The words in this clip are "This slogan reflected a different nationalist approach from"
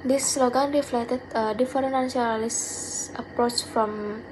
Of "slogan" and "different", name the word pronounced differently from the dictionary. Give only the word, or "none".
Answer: different